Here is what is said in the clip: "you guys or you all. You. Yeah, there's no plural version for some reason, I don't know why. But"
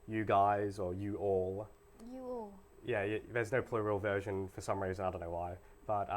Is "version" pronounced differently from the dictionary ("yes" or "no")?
no